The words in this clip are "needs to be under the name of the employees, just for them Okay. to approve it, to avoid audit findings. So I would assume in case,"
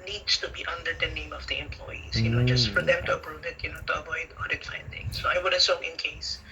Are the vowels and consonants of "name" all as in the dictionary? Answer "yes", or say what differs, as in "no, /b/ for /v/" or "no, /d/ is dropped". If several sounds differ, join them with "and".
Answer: yes